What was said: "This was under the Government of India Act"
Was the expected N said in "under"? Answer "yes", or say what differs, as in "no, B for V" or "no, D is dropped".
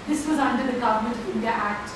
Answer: yes